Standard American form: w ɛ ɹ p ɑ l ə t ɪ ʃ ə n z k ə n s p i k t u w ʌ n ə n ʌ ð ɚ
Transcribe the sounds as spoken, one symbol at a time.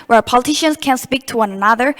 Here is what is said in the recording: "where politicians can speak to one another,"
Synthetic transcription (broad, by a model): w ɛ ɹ p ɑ l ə t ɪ ʃ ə n s k ə n s p i k t u w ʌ n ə n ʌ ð ɚ